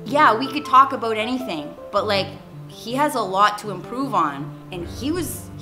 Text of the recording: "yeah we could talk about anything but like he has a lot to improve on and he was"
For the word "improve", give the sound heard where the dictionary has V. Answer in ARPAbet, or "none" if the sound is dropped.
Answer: V